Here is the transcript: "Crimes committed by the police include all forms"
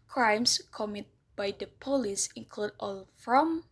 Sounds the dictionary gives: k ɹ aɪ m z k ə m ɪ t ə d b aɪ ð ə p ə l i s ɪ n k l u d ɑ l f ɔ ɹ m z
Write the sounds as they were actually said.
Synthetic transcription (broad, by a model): k ɹ aɪ m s k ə m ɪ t b aɪ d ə p ə l i s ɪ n k l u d ɑ l f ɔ m